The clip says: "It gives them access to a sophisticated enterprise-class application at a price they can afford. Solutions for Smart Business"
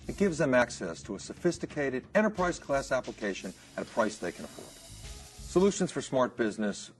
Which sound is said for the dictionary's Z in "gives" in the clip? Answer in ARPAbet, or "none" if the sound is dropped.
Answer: Z